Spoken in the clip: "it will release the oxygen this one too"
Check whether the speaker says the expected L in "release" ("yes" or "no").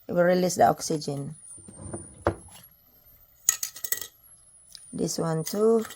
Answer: yes